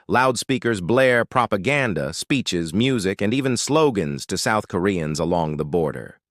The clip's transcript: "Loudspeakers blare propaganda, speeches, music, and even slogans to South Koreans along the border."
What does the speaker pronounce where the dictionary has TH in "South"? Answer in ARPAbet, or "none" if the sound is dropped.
TH